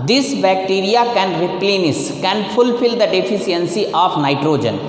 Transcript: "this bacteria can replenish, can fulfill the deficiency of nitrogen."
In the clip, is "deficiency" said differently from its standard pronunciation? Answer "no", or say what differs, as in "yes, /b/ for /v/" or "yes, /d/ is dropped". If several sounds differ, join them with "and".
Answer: yes, /s/ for /ʃ/